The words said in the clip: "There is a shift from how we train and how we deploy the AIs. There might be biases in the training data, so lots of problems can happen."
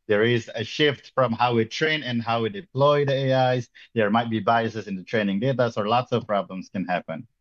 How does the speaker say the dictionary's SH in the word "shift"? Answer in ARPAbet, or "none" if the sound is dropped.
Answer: SH